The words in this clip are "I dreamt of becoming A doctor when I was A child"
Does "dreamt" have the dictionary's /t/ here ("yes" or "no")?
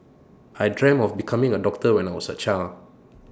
no